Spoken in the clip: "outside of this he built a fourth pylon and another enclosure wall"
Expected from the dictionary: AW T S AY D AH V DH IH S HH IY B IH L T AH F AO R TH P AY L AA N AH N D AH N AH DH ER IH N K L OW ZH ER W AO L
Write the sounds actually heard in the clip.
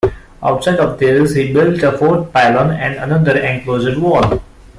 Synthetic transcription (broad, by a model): AW T S AY D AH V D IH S HH IY B IH L T AH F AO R T P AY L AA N AH N D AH N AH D ER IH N K L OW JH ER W AO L